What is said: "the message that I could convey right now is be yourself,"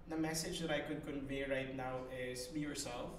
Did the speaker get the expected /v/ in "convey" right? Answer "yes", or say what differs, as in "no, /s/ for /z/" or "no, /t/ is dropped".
yes